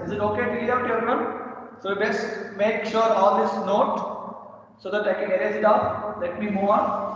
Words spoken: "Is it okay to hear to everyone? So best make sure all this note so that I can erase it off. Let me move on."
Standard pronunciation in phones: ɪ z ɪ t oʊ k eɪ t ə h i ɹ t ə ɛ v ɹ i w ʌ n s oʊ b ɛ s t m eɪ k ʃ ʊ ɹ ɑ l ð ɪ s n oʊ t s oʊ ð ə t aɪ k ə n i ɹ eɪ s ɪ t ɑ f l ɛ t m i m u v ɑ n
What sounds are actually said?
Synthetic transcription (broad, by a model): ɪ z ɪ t oʊ k eɪ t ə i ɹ t ə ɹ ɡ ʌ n s oʊ b ɛ s t m eɪ k ʃ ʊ ɹ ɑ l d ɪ s n oʊ t s oʊ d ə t aɪ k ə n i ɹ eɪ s ɪ t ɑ p l ɛ t m i m u v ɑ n